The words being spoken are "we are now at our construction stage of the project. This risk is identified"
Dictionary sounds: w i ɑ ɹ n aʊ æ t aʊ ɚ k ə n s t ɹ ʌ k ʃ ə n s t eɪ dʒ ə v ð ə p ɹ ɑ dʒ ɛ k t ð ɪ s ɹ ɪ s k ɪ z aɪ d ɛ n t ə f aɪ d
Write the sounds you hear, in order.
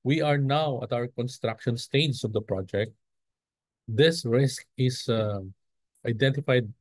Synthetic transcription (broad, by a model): w i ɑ ɹ n aʊ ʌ t aʊ ɚ k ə n s t ɹ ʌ k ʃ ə n s t eɪ dʒ ə v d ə p ɹ ɑ dʒ ɛ k t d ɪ s ɹ ɪ s k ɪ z aɪ d ɛ n t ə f aɪ d